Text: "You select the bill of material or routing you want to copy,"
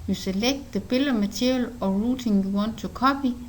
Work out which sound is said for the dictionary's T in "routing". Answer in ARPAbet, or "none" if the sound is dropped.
S